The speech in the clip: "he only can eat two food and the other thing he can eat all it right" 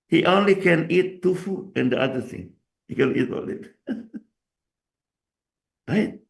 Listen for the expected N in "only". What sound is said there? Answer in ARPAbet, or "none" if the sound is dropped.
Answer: N